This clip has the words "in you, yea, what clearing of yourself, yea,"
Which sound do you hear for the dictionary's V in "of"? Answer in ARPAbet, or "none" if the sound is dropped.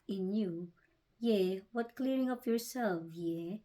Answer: P